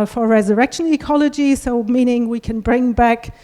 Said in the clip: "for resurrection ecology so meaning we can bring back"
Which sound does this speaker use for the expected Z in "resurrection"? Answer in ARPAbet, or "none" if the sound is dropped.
Z